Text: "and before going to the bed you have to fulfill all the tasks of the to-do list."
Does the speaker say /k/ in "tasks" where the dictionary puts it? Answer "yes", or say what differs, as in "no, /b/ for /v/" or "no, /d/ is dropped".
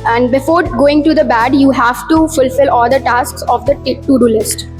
yes